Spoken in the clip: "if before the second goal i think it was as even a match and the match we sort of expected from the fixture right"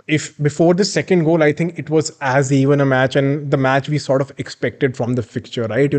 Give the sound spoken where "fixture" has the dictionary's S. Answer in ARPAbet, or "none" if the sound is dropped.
none